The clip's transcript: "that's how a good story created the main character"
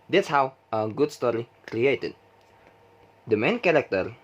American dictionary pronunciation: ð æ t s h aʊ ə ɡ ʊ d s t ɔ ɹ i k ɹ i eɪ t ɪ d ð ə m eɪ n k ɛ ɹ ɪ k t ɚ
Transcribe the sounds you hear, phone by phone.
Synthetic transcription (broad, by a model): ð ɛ t s h aʊ ə ɡ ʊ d s t ɔ ɹ i k ɹ i eɪ t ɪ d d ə m eɪ n k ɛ ɹ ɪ k t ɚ